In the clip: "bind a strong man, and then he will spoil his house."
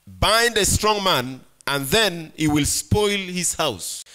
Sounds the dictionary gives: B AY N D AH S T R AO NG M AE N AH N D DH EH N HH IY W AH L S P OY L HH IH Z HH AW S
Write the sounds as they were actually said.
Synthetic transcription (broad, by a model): B AY N D AH S T R AO NG M AE N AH N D DH EH N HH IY W AH L S P OY L HH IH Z HH AW S